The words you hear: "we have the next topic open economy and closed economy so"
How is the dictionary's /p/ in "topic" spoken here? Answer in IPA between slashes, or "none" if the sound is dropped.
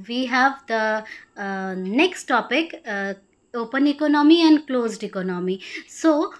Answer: /p/